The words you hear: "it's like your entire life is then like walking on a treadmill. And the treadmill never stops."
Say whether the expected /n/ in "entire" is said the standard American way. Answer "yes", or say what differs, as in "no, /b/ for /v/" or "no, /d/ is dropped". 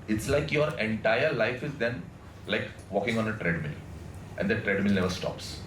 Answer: yes